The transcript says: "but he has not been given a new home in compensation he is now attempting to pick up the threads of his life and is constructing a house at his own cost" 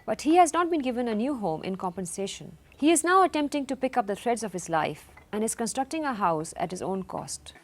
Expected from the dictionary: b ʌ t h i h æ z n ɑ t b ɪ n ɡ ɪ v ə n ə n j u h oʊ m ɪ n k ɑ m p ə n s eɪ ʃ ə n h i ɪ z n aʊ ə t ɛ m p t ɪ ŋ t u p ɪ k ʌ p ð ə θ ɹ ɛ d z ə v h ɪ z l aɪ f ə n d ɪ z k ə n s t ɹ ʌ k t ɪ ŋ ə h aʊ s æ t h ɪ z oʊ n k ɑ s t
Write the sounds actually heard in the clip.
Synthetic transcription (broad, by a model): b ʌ t h i h æ z n ɑ t b ɪ n ɡ ɪ v ə n ə n j u h oʊ m ɪ n k ɑ m p ə n s eɪ ʃ ə n h i ɪ z n aʊ ə t ɛ m p t ɪ ŋ t u p ɪ k ʌ p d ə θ ɹ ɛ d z ə v h ɪ z l aɪ f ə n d ɪ z k ə n s t ɹ ʌ k t ɪ ŋ ə h aʊ s æ t h ɪ z oʊ n k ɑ s t